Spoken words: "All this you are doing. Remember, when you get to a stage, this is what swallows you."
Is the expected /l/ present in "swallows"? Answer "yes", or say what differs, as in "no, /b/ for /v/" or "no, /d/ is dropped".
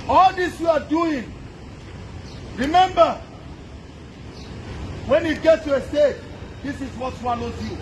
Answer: no, /n/ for /l/